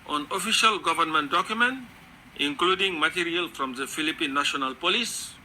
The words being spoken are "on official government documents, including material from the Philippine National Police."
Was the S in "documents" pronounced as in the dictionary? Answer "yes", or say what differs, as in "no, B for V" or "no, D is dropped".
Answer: no, S is dropped